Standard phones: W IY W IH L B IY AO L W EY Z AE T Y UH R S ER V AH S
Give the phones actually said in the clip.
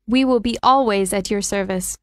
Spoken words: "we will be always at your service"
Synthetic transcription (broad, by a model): W IY W IH L B IY AO L W EY Z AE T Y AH R S ER V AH S